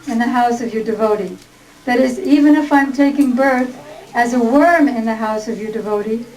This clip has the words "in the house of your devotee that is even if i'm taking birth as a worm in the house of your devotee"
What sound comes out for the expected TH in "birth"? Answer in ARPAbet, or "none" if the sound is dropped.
TH